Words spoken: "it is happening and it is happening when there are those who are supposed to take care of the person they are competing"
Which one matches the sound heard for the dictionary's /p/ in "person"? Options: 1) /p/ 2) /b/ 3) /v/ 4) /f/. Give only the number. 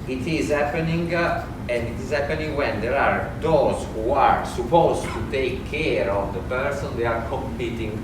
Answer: 1